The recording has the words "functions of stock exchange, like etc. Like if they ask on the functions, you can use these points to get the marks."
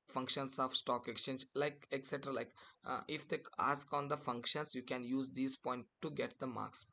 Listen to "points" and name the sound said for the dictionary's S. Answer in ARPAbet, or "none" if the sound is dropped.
none